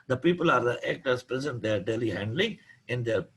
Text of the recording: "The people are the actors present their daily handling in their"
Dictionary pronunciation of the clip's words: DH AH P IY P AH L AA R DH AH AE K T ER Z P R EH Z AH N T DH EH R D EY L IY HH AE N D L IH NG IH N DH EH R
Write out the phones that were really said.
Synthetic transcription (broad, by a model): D AH P IY P AH L AA R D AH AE K T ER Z P R EH Z AH N T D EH R D EY L IY HH AE N D L IH NG IH N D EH R